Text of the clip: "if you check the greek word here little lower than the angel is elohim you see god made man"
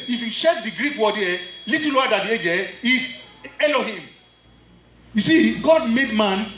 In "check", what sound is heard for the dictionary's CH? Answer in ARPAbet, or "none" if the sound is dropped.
SH